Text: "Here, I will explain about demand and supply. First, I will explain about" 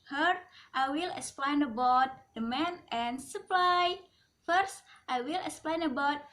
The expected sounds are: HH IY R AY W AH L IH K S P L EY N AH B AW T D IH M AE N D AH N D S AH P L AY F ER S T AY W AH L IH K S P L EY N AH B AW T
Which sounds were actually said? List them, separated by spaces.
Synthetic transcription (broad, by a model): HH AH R AY W AH L IH K S P L EY N AH B AW T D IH M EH N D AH N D S AH P L AY F ER S T AY W AH L IH K S P L EY N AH B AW T